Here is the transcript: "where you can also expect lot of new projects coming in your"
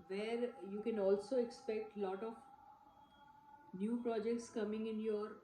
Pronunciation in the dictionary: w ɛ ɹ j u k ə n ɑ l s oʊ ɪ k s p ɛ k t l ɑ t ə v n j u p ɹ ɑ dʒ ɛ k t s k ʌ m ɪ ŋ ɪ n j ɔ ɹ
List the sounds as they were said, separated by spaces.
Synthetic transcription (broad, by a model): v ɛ ɹ j u k ə n ɑ l s oʊ ɪ k s p ɛ k t l ɑ t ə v n j u p ɹ ɑ dʒ ɛ k t s k ʌ m ɪ ŋ ɪ n j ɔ ɹ